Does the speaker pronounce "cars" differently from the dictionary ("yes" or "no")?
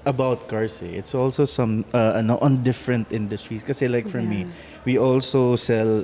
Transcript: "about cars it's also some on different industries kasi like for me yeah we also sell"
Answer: yes